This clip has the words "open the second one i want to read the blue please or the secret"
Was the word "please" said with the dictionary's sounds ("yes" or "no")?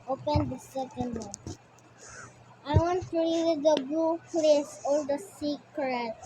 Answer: no